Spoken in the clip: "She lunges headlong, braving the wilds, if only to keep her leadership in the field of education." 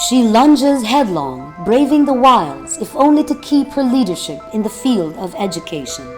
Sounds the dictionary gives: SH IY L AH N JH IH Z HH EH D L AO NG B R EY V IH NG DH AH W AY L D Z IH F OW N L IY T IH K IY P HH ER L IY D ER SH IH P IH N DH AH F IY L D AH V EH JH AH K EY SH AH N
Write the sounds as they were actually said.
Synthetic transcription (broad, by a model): SH IY L AH N JH IH Z HH EH D L AO NG B R EY V IH NG DH AH W AY L D Z IH F OW N L IY T IH K IY P HH ER L IY D ER SH IH P IH N DH AH F IY L D AH V EH JH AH K EY SH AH N